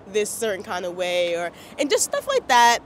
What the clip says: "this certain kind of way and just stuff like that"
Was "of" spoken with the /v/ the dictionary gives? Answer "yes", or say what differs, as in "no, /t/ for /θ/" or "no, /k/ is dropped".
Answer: yes